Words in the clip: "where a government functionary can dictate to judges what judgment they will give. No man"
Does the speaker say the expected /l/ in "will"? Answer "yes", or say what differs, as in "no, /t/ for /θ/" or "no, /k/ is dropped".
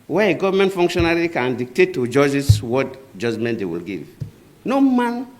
yes